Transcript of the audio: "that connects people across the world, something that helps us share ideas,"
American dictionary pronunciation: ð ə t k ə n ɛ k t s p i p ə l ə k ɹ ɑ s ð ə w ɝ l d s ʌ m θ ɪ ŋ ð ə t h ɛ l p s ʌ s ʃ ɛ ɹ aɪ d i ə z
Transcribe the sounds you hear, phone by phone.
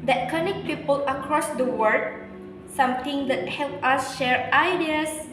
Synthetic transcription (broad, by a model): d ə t k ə n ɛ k p i p ə l ə k ɹ ɑ s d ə w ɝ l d s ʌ m t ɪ ŋ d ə t h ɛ l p ʌ s ʃ ɛ ɹ aɪ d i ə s